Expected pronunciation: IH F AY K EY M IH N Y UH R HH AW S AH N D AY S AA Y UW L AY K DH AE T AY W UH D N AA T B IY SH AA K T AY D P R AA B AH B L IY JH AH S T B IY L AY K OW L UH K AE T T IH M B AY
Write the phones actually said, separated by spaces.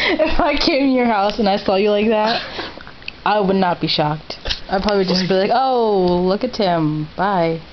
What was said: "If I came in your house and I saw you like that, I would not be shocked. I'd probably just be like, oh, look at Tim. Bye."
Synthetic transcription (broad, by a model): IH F AY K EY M IH N Y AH R HH AW S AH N AY S AA Y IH L AY K DH AE T AY W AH D N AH T B IY SH AA K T AY P R AA B AH B L IY JH AH S B IY L AY K OW L UH K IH T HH IH M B AY